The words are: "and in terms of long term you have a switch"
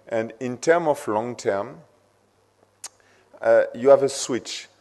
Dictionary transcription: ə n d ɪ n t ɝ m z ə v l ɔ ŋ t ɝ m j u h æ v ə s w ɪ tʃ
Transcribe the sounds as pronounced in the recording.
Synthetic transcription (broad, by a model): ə n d ɪ n t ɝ m ə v l ɔ ŋ t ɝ m j u h æ v ə s w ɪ tʃ